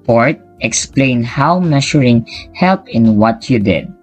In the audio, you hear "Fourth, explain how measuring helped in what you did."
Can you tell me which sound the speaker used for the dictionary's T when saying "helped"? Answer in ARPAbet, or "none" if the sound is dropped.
none